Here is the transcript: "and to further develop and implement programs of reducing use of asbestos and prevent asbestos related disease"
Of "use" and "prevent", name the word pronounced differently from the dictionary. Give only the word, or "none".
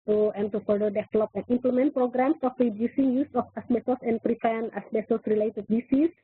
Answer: prevent